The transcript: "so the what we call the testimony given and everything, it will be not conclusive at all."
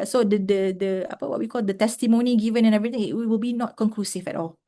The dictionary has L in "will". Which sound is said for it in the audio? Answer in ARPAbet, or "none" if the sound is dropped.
L